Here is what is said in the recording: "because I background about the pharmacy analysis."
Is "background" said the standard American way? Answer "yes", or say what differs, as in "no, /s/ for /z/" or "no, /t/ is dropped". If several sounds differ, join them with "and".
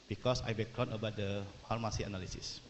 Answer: no, /d/ is dropped